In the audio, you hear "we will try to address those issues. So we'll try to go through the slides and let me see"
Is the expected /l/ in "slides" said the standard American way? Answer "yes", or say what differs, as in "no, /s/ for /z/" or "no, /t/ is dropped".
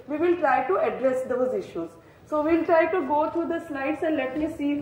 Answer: no, /n/ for /l/